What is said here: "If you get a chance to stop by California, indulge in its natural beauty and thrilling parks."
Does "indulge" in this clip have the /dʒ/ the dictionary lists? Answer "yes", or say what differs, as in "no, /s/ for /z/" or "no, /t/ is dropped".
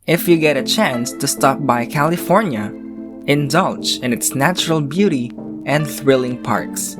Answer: no, /tʃ/ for /dʒ/